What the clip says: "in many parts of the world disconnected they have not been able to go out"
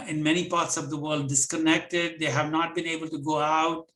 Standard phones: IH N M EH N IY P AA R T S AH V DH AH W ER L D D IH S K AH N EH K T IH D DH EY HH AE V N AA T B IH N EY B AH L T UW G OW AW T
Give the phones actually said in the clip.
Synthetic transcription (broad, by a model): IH N M EH N IY P AA R T S AH V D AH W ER L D D IH S K AH N EH K T IH D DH EY HH AE V N AA T B IH N EY B AH L T UW G OW AW T